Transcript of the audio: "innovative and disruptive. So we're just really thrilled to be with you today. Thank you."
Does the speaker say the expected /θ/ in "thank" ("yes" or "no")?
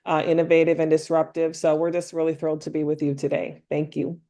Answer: yes